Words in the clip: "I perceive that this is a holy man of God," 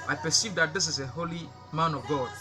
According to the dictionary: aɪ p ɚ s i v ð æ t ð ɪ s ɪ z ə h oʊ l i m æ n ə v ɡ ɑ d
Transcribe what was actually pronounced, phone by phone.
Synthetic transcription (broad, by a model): aɪ p ɚ s i v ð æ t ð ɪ s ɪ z ə h oʊ l i m æ n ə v ɡ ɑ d